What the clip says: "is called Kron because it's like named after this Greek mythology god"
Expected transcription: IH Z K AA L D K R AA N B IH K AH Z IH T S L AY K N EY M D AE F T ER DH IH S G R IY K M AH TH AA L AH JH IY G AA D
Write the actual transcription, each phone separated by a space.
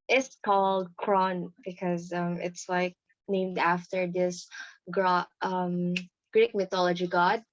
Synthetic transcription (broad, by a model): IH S K AA L D K R AA N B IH K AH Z IH T S L AY K N EY M D AE F T ER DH IH S G R IY K M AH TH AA L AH JH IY G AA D